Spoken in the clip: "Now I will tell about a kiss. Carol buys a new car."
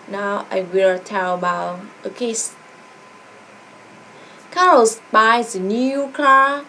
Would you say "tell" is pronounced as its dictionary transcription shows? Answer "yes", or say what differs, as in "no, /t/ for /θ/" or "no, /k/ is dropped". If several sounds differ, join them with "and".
yes